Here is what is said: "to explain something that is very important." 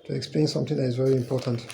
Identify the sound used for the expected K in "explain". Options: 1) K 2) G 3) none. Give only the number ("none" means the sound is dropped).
1